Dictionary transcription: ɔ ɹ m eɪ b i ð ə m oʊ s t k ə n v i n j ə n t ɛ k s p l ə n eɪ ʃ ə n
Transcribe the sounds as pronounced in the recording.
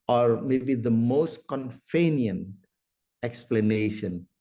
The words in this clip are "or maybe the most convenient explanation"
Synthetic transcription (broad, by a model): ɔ ɹ m eɪ b i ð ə m oʊ s t k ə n f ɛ n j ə n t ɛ k s p l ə n eɪ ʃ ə n